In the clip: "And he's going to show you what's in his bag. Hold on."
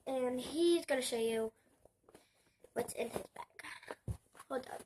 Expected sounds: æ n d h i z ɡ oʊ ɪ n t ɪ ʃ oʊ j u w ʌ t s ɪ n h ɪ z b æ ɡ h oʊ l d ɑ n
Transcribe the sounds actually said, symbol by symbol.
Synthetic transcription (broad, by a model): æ n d h i z ɡ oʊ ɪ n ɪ ʃ oʊ j u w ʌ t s ɪ n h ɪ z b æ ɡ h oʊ d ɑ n